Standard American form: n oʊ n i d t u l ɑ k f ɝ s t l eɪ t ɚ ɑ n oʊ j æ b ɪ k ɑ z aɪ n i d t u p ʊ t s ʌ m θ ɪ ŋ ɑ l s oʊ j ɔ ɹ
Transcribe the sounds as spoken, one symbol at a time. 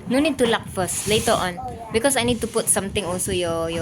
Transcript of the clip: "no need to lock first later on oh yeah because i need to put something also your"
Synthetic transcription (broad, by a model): n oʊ n i d t u l ɑ k f ɝ s t l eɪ t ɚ ɑ n b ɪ k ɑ s aɪ n i d t u p ʊ t s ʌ m t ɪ ŋ ɑ l s oʊ j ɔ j